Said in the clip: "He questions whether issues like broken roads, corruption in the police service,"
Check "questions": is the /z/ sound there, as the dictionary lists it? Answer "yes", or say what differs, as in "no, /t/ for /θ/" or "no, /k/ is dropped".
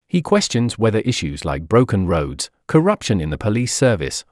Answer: yes